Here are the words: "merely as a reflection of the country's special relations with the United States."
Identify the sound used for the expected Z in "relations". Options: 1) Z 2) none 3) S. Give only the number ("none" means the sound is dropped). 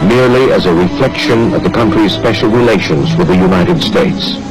1